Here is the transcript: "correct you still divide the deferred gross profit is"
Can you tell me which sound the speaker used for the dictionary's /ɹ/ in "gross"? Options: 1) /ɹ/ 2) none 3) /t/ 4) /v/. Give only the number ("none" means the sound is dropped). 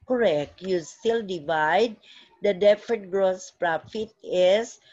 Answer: 1